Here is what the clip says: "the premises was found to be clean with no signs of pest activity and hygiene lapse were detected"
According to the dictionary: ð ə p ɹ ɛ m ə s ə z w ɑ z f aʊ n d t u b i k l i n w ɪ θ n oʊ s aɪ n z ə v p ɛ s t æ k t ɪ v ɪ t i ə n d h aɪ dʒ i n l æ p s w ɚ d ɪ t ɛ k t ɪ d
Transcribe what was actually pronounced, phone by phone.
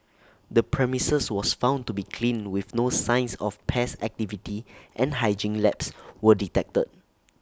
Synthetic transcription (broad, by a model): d ə p ɹ ɛ m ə s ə s w ɑ s f aʊ n t u b i k l i n w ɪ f n oʊ s aɪ n s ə f p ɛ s æ k t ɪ v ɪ t i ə n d h aɪ dʒ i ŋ l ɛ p s w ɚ d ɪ t ɛ k t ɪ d